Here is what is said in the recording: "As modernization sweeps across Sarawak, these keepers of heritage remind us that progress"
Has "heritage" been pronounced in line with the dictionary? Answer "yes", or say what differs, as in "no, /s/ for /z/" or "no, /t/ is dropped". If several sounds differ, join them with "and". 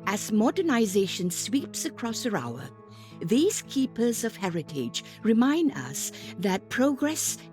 yes